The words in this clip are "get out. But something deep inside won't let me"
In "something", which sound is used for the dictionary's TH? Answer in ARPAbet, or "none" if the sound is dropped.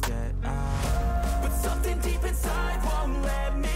TH